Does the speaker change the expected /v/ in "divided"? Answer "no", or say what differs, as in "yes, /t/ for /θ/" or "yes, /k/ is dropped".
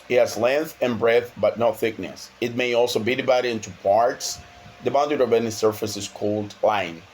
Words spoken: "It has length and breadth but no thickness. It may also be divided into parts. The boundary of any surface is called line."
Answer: yes, /b/ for /v/